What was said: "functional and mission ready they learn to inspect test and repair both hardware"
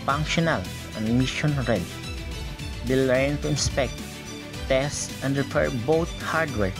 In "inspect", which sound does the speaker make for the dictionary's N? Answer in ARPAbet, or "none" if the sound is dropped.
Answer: N